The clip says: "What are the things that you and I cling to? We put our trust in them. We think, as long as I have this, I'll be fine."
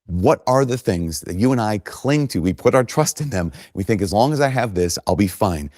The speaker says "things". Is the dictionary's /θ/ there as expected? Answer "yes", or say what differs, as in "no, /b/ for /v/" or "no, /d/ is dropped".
yes